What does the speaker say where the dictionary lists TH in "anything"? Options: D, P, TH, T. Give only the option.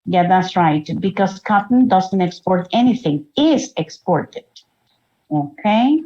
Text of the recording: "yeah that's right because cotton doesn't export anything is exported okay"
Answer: TH